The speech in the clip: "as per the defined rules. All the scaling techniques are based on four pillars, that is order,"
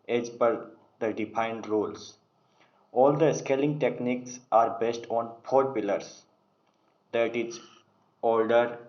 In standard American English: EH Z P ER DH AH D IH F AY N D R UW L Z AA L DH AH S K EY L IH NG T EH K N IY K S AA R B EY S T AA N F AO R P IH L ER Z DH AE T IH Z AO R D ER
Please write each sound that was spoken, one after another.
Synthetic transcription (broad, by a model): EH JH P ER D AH D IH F AY N D R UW L S AA L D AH S K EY L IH NG T EH K N IY K S AA R B EY S T AA N P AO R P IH L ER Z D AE T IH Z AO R D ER